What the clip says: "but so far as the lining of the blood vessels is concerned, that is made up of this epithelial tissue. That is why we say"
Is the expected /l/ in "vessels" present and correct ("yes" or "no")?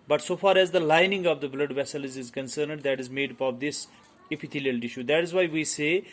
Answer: yes